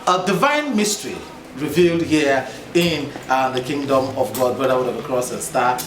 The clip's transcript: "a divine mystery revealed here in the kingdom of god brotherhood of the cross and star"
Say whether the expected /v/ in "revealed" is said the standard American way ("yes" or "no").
yes